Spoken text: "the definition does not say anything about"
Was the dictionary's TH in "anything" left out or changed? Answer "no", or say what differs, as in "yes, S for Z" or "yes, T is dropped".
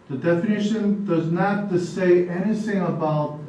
no